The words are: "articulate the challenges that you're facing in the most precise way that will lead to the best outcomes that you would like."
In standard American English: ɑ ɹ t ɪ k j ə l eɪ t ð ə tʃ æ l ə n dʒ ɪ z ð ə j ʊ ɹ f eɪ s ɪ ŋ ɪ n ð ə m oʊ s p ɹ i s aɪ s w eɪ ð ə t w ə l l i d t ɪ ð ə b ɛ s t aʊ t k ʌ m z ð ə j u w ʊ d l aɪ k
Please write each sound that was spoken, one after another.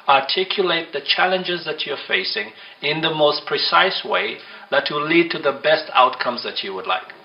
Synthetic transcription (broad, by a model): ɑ ɹ t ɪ k j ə l eɪ t ð ə tʃ æ l ə n dʒ ɪ z ð ə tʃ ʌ ɹ f eɪ s ɪ ŋ ɪ n ð ə m oʊ s p ɹ i s aɪ s w eɪ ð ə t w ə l l i d t ɪ ð ə b ɛ s t aʊ t k ʌ m z ð ə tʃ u w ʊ d l aɪ k